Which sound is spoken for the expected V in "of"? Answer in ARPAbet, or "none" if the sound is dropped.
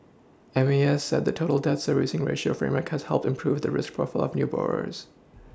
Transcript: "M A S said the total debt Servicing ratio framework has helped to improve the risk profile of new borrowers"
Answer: V